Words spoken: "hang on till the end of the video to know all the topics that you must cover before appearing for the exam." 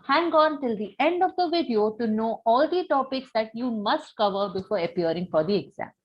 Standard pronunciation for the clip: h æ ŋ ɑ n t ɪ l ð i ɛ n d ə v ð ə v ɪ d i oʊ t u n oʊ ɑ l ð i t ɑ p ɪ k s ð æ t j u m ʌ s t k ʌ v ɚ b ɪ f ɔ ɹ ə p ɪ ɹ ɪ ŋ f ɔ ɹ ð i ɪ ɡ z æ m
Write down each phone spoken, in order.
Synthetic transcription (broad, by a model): h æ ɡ ɑ n t ɪ l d i ɛ n d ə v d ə v ɪ d i oʊ t u n oʊ ɑ l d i t ɑ p ɪ k s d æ t j u m ʌ s t k ʌ v ɚ b ɪ f ɔ ɹ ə p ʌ ɹ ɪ ŋ f ɔ ɹ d i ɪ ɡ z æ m